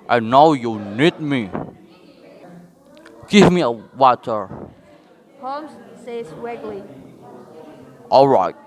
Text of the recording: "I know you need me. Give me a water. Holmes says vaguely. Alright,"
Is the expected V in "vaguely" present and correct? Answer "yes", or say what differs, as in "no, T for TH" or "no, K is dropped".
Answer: no, W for V